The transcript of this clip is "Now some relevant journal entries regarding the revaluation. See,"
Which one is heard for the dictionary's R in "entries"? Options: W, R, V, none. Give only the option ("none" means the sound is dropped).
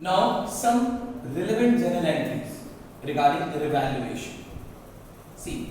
none